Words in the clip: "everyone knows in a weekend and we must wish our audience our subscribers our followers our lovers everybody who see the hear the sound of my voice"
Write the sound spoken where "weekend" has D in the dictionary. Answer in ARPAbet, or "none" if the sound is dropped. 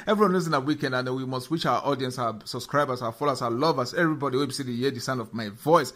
D